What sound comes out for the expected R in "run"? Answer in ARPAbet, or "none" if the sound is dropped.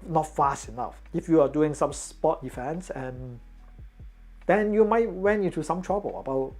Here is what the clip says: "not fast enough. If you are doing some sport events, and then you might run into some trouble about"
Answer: W